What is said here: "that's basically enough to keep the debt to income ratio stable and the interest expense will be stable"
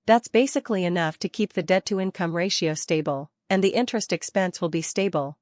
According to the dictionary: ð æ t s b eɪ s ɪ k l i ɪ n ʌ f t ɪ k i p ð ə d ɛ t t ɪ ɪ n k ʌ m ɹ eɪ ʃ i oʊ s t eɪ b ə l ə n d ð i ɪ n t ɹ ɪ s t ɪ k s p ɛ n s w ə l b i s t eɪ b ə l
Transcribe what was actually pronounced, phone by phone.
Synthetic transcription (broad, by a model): ð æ t s b eɪ s ɪ k l i ɪ n ʌ f t ɪ k i p ð ə d ɛ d t ɪ ɪ n k ʌ m ɹ eɪ ʃ i oʊ s t eɪ b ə l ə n ð i ɪ n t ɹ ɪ s t ɪ k s p ɛ n s w ə l b i s t eɪ b l